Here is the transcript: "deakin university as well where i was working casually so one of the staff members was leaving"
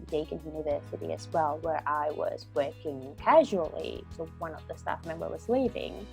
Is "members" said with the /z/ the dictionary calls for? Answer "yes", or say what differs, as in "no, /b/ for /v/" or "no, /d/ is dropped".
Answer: no, /z/ is dropped